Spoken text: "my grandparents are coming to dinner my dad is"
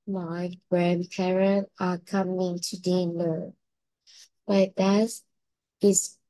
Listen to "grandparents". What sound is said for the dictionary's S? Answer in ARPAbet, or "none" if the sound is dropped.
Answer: none